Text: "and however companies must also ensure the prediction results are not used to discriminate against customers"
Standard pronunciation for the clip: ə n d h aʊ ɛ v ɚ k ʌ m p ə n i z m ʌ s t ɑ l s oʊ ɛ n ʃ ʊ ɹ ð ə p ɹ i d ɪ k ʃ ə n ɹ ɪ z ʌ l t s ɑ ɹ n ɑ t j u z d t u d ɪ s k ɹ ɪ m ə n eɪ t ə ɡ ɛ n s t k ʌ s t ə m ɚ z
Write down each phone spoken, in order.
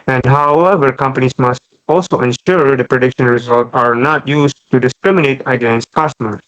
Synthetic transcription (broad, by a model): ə n d h aʊ ɛ v ɚ k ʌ m p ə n i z m ʌ s t ɑ l s oʊ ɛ n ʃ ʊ ɹ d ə p ɹ i d ɪ k ʃ ə n ɹ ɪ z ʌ l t ɑ ɹ n ɑ t j u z t u d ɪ s k ɹ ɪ m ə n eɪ t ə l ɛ n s k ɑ s t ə m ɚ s